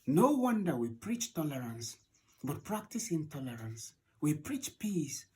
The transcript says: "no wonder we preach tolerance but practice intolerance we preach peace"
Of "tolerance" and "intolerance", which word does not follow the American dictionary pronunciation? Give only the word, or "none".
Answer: none